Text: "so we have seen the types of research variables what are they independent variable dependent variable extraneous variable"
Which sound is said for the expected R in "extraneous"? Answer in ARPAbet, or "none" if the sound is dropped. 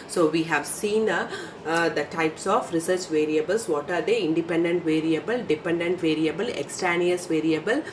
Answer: none